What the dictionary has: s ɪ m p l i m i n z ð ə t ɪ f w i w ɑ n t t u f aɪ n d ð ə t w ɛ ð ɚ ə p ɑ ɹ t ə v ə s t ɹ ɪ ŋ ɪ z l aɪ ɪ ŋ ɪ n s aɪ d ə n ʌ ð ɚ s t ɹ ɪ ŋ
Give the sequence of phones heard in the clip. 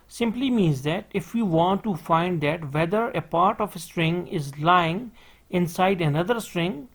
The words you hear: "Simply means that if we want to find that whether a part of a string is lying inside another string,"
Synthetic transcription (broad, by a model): s ɪ m p l i m i n z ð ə t ɪ f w i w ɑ n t t u f aɪ n d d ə t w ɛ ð ɚ ə p ɑ ɹ t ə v ə s t ɹ ɪ ŋ ɪ z l aɪ ɪ ŋ ɪ n s aɪ d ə n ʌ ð ɚ s t ɹ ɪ ŋ